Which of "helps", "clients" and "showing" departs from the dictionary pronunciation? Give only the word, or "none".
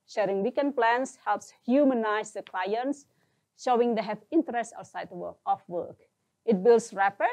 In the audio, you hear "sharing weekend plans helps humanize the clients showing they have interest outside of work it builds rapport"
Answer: none